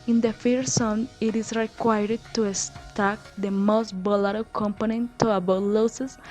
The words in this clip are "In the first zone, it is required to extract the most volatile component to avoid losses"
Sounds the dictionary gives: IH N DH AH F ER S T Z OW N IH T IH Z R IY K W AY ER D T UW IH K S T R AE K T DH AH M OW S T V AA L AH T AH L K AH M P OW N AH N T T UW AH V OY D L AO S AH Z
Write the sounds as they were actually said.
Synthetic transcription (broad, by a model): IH N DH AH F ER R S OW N IH T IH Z R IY K W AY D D T UW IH S T AE K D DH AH M OW S T B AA L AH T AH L K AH M P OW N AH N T T UW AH B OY L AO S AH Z